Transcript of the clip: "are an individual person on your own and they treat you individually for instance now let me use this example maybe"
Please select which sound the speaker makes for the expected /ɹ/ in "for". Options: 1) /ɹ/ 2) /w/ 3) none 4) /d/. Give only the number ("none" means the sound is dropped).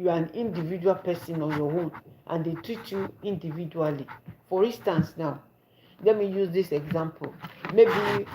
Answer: 1